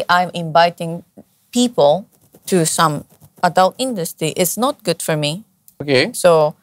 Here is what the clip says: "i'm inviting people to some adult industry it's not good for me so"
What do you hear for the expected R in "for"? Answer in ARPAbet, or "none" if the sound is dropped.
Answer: R